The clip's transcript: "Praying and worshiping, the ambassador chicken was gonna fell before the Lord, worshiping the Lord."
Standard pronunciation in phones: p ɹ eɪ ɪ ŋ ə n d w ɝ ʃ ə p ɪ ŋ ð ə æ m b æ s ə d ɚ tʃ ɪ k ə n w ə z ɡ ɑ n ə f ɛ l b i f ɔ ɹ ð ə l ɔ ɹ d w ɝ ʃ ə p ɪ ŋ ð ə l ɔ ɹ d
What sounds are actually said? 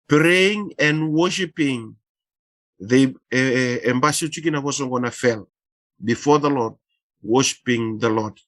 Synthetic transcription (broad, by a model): p ɹ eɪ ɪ ŋ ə n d w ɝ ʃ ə p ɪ ŋ ð ə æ m b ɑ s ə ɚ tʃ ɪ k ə n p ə s ɡ ɑ n ə f ɛ l b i f ɔ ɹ ð ə l ɔ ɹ d w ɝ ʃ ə p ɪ ŋ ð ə l ɔ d